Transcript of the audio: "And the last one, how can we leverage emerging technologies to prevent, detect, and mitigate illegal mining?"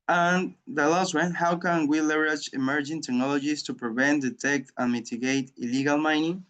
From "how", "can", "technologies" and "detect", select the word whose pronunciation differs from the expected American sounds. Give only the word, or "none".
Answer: technologies